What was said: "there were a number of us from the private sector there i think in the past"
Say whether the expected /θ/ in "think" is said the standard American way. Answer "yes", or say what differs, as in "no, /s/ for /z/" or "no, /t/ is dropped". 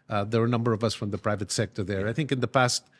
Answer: yes